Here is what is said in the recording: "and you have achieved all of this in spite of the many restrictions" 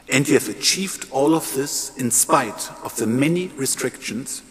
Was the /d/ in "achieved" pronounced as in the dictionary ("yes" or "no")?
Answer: yes